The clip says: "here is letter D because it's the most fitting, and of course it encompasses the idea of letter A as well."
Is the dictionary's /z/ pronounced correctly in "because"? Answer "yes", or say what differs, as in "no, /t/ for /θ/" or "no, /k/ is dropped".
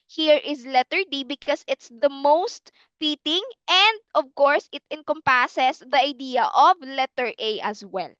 no, /s/ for /z/